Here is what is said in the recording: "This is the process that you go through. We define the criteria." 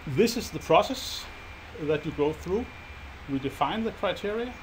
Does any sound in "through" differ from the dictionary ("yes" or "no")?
no